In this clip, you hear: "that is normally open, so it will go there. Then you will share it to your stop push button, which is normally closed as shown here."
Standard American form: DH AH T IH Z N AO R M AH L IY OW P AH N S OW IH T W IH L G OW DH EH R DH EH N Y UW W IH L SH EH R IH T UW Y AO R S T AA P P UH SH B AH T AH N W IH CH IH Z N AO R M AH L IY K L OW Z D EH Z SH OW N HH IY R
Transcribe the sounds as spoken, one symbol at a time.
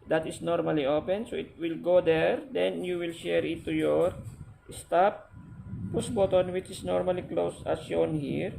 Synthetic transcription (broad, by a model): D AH T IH S N AO R M AH L IY OW P AH N S OW IH T W IH L G OW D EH R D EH N Y UW W IH L SH EH R IH T UW Y AO R S T AA P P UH S B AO T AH N W IH CH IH S N AO R M AH L IY K L OW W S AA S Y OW N HH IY R